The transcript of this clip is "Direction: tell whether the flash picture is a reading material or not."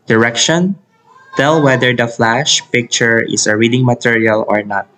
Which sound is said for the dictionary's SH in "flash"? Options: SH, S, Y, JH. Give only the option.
SH